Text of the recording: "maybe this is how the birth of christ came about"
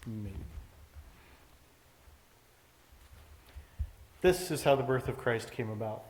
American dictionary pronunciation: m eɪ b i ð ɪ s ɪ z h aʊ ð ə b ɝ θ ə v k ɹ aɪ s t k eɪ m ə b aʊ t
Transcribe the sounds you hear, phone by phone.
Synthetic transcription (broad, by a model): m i ð ɪ s ɪ z h aʊ ð ə b ɝ θ ə v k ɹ aɪ s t k eɪ m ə b aʊ t